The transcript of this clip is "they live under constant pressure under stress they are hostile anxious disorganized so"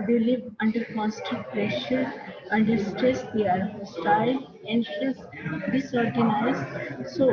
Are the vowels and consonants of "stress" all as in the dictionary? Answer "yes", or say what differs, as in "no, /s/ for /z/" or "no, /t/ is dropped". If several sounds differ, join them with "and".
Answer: yes